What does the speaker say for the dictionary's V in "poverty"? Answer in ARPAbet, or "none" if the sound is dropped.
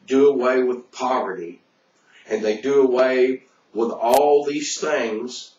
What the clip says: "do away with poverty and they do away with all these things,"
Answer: V